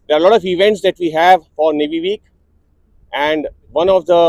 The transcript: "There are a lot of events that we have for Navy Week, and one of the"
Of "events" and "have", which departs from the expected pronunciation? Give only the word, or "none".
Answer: none